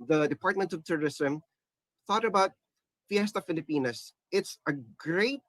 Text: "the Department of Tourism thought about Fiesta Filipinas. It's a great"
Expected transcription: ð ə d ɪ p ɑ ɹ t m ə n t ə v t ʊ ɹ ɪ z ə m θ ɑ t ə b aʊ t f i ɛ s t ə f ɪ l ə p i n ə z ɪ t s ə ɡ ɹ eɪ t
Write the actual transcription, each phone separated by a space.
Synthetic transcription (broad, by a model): ð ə d ɪ p ɑ ɹ t m ə n t ə v t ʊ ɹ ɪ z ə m θ ɑ t ə b aʊ t f i ɛ s t ə f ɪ l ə p i n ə s ɪ t s ə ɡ ɹ eɪ t